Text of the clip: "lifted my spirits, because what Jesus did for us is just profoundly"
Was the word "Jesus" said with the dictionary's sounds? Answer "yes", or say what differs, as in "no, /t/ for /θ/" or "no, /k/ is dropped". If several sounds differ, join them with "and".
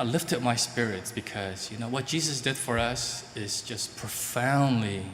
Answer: yes